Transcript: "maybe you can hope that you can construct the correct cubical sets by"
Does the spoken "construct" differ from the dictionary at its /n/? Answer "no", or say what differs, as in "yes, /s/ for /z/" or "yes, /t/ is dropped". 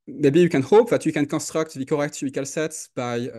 yes, /n/ is dropped